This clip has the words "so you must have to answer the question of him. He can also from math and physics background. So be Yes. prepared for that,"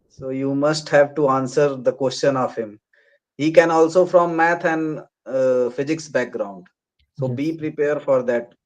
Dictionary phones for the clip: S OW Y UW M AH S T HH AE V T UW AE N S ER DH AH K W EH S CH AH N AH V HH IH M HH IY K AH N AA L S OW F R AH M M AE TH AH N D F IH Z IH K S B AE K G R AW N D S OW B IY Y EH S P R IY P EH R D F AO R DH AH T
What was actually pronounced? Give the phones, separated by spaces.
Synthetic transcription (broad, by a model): S OW Y UW M AH S T HH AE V T UW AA N S ER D AH K W EH S CH AH N AH V HH IH M HH IY K AH N AA L S OW F R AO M M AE T AH N D F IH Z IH K S B AE K G R AW N D S OW B IY P R IY P EH R D F AO R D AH T